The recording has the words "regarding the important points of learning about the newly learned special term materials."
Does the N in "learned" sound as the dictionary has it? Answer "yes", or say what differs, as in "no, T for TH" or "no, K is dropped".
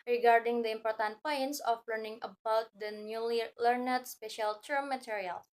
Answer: yes